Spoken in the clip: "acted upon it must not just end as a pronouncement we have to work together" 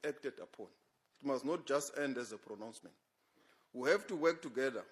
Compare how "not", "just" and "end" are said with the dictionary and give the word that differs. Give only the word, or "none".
none